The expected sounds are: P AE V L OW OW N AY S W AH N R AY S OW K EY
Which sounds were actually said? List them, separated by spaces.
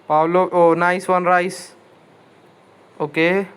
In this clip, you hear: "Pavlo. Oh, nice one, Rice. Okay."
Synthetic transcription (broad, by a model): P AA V L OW OW N AY S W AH N R AY S OW K EY